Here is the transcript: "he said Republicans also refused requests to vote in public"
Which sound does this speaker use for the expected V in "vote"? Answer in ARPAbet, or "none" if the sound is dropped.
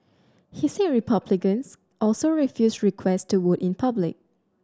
W